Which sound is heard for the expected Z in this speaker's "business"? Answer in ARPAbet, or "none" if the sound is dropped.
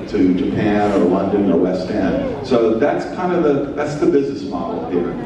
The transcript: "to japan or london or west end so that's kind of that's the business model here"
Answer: Z